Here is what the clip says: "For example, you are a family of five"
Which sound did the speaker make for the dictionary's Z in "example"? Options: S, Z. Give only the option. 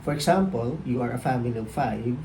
S